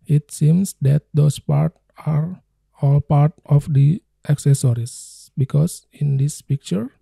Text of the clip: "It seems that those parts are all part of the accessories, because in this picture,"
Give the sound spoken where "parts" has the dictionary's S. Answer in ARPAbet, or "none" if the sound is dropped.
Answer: none